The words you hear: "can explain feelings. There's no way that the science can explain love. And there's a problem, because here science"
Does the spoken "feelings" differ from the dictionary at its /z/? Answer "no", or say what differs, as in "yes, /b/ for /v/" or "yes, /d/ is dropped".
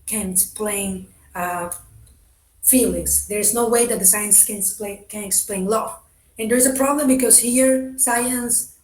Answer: yes, /s/ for /z/